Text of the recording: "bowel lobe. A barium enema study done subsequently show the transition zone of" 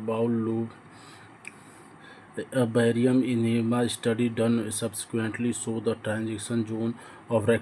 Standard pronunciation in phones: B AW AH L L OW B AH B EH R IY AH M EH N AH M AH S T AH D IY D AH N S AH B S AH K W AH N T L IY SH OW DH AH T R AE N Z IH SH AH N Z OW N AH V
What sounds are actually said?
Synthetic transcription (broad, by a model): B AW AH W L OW B AH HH R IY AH M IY N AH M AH S T AH D IY D AH N S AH B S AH K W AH N T L IY S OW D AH T R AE N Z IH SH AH N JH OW N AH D